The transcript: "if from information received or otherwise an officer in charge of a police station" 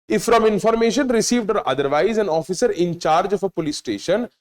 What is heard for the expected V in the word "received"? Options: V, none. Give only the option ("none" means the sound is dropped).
V